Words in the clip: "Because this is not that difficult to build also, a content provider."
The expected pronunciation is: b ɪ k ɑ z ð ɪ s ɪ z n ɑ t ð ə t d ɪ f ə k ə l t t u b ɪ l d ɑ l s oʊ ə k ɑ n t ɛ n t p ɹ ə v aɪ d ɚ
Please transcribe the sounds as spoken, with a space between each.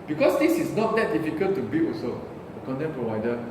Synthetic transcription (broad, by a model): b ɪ k ɑ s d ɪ s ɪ s n ɑ t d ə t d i f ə k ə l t t u b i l ɑ s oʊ ə k ɑ n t ɛ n p ɹ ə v aɪ d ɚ